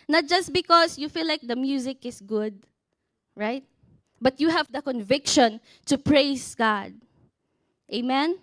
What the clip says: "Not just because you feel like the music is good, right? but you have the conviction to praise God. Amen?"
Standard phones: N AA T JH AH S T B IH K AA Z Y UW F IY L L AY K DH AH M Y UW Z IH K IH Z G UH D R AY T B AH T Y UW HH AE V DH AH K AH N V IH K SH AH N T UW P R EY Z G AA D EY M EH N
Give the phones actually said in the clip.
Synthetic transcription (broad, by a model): N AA T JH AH S T B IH K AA S Y UW F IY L L AY K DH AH M Y UW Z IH K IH S G UH D R AY T B AH T Y UW HH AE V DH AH K AH N V IH K SH AH N T UW P R EY S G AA D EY M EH N